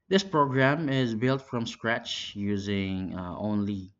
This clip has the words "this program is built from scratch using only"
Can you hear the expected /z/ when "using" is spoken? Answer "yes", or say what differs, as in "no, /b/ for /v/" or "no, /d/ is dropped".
yes